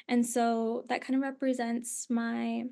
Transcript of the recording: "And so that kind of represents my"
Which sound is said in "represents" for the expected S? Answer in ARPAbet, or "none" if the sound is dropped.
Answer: S